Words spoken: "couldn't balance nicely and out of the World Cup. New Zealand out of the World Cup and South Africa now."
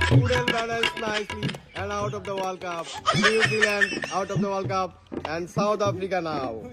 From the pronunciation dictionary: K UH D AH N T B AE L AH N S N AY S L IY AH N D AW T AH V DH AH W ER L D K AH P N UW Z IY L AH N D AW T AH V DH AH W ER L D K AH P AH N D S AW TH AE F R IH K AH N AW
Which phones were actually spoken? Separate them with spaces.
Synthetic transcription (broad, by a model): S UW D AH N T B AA N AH L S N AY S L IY AH N D AW T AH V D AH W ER L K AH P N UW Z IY L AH N D AW T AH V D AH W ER L K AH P AH N D S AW T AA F R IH K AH N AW